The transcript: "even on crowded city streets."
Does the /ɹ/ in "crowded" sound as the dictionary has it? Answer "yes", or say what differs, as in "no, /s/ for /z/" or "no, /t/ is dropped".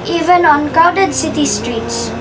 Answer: no, /ɹ/ is dropped